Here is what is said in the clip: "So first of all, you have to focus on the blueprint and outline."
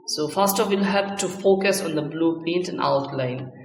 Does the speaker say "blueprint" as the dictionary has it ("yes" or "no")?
no